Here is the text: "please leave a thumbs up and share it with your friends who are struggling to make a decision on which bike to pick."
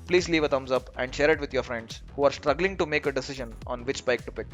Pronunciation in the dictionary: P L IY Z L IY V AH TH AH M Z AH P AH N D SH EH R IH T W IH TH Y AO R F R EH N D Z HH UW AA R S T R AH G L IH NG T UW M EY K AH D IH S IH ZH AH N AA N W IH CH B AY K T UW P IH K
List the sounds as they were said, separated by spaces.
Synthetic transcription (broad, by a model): P L IY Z L IY V AH T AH M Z AH P AH N D SH EH R IH T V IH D Y AO R F R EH N D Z HH UW AA R S T R AH G L IH NG T UW M EY K AH D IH S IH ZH AH N AA N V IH CH B AY K T UW P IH K